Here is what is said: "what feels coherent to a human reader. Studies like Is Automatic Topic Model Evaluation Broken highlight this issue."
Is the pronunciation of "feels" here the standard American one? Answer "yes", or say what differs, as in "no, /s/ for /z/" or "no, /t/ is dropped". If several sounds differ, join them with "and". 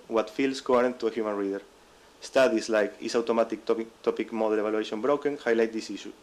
no, /s/ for /z/